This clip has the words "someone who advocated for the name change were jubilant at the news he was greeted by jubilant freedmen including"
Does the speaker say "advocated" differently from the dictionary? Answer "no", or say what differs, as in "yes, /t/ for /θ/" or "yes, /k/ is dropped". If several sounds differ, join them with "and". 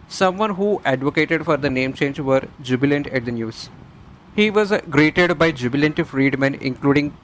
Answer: no